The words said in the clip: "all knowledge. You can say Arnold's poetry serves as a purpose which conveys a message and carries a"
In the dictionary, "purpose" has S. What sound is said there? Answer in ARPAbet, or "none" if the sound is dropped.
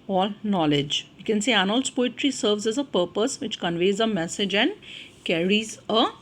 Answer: S